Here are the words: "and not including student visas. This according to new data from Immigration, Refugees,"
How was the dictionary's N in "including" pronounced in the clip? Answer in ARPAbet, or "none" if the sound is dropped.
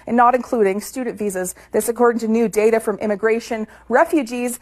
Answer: N